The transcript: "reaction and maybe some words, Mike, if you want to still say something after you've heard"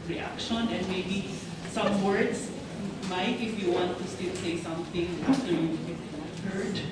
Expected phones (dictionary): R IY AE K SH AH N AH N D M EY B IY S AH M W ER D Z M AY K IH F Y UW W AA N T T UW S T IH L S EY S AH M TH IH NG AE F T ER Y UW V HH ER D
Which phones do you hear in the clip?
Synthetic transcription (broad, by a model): R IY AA K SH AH N AH N D M EY B IY S AH M W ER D S M AY K IH F Y UW W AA N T T UW S T IH L S EY S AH M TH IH NG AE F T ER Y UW P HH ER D